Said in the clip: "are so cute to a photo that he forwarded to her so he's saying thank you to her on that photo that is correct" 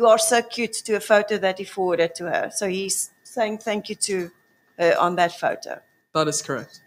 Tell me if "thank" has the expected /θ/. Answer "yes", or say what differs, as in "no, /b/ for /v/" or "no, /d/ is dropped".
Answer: yes